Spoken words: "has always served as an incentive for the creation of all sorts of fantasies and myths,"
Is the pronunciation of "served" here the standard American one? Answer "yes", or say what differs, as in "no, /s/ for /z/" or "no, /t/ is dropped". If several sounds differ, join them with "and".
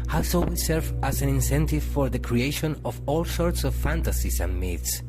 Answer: no, /d/ is dropped